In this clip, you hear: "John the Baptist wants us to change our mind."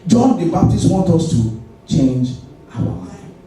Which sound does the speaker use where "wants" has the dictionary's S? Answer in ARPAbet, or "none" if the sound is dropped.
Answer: none